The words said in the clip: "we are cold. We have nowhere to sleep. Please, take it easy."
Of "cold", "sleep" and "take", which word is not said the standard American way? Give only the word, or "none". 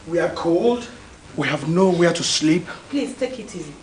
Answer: none